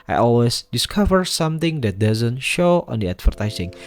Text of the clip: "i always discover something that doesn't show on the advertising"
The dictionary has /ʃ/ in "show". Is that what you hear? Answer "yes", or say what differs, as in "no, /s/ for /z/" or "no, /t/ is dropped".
yes